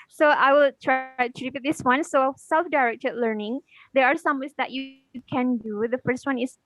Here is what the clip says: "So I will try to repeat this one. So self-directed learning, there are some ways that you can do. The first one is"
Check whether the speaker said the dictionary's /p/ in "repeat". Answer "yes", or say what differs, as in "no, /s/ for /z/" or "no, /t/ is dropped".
no, /b/ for /p/